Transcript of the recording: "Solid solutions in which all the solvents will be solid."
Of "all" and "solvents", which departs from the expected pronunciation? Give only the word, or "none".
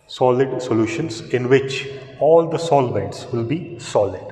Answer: solvents